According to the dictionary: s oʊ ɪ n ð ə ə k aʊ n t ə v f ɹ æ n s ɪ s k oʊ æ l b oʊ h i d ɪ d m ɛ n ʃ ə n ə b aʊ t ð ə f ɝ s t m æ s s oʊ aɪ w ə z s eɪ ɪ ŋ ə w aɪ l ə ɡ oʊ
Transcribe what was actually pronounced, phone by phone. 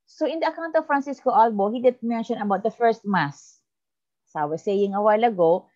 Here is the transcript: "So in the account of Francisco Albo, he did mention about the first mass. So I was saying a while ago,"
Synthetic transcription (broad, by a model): s oʊ ɪ n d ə ə k aʊ n t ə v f ɹ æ n s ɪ s k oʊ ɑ l b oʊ h i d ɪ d m ɛ n ʃ ə n ə b aʊ t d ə f ɝ s t m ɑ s s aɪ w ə s eɪ ɪ ŋ ə w aɪ l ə ɡ oʊ